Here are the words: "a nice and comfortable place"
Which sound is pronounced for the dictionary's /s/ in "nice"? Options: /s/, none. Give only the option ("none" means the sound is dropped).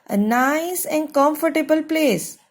/s/